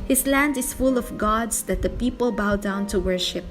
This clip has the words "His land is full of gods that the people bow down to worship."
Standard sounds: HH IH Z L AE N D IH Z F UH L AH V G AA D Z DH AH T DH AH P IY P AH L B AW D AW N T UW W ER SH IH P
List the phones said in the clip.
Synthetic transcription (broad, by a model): HH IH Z L AE N D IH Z F UH L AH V G AA D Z DH AH T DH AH P IY P AH L B AW D AW N T UW W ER SH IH P